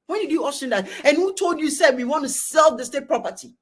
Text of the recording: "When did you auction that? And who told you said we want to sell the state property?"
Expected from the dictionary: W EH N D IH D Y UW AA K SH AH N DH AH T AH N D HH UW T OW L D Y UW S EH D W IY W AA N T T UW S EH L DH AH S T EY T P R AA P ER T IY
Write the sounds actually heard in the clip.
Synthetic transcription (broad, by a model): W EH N D IH D Y UW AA SH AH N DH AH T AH N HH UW T OW L D Y UW S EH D W IY W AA N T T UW S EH L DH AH S T EY T P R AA P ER T IY